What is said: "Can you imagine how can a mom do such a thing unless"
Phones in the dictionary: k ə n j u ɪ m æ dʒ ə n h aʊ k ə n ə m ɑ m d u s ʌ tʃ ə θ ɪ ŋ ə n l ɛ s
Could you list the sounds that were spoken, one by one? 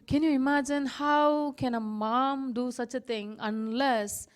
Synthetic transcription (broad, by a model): k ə n j u ɪ m æ dʒ ə n h aʊ k ə n ə m ɑ m d u s ʌ tʃ ə t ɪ ŋ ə n l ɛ s